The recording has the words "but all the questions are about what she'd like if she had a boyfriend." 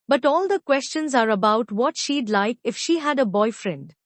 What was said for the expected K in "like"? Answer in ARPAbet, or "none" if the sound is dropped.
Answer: K